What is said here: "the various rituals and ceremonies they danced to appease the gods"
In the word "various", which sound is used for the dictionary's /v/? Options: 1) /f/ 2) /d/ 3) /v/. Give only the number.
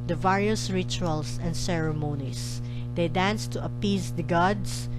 3